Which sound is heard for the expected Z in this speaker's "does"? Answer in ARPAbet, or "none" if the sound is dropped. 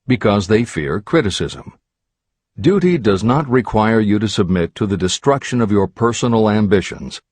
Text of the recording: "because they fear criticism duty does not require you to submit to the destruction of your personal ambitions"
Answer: Z